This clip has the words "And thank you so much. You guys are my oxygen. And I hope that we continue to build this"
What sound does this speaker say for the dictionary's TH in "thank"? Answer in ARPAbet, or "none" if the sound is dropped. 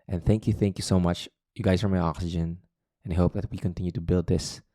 TH